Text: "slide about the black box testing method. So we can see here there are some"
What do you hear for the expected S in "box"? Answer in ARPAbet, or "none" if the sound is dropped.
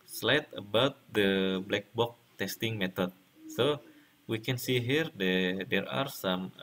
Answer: none